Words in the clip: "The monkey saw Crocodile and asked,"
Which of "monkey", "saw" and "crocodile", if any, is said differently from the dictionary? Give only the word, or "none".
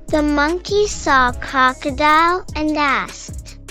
crocodile